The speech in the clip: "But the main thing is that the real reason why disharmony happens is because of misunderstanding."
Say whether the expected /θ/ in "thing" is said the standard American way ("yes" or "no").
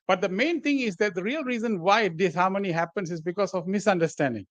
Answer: no